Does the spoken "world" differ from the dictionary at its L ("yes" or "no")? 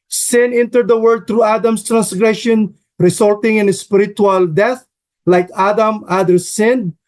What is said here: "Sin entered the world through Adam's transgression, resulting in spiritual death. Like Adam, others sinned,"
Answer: yes